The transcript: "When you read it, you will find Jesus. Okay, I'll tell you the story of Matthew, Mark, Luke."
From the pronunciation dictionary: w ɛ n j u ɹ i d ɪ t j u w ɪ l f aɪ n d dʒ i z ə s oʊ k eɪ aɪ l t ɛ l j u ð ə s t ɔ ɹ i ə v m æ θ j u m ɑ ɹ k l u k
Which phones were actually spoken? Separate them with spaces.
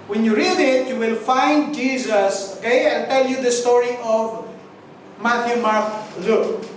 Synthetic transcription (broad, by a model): w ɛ n j u ɹ i d ɪ t j u w ɪ l f aɪ n d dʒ i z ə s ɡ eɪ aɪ n t ɛ l j u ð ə s t ɔ ɹ i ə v m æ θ j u m ɑ ɹ k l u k